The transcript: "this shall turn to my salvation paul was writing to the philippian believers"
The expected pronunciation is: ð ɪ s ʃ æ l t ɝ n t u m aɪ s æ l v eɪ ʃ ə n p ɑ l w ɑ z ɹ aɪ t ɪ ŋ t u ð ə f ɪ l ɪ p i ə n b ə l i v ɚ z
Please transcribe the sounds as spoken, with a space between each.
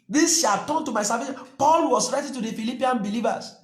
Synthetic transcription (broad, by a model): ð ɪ s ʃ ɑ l t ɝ n t u m aɪ s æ v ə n p ɑ l w ɑ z ɹ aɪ t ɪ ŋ t u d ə f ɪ l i p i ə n b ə l i v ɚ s